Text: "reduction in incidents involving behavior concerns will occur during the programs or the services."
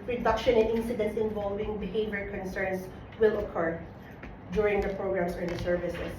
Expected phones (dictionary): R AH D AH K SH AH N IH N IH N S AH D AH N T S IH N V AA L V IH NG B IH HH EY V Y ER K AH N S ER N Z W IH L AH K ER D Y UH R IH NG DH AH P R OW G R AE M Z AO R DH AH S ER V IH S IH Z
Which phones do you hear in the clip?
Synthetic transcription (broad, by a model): R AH D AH K SH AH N IH N IH N S AH D AH N T S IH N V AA L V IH NG B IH HH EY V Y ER K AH N S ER N S W IH L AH K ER D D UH R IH NG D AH P R OW G R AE M S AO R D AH S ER V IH S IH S